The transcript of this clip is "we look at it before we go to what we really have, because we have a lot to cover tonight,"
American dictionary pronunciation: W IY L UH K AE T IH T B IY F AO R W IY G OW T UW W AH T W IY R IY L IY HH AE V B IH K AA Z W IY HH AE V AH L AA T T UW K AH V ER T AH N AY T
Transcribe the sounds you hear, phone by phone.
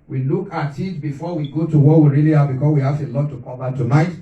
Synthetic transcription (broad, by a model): W IY L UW K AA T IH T B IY F AO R W IY G OW T UW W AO W IY R IY L IY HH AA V B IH K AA S W IY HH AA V AH L AA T T UW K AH B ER T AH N AY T